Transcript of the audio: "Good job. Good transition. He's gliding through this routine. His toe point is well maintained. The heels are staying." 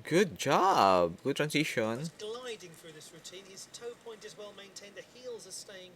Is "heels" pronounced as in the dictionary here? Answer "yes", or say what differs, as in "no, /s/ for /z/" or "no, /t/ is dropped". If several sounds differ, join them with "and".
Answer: yes